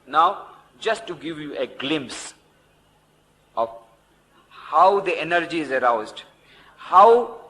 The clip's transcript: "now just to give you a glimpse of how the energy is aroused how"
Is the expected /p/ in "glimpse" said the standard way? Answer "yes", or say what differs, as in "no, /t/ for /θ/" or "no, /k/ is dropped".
yes